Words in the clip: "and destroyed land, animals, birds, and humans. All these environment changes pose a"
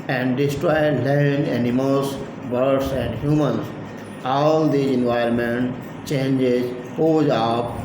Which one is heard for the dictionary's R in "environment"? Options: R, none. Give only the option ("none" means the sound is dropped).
none